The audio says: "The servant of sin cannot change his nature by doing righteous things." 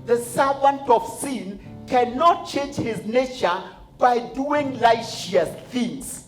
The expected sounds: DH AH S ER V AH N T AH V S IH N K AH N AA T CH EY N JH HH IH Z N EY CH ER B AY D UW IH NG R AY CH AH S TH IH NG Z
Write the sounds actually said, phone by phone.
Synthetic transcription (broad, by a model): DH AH S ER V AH N T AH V S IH N K AH N AA T CH EY N JH HH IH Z N EY CH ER B AY D UW IH NG L AY SH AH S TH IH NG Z